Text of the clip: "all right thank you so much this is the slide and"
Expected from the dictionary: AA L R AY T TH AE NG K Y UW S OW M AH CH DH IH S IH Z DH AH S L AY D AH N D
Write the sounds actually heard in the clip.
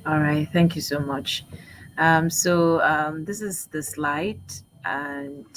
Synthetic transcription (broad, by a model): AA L R AY T TH AE NG K Y UW S OW M AH CH DH IH S IH Z DH AH S L AY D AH N